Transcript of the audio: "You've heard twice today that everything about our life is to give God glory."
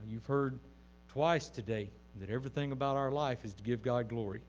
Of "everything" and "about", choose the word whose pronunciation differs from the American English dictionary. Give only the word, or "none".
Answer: none